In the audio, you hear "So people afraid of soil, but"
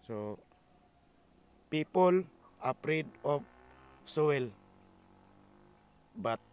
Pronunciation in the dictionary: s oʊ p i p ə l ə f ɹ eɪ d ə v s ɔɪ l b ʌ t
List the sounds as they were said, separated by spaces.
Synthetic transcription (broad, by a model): s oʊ p i p ə l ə p ɹ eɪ d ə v s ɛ l b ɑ t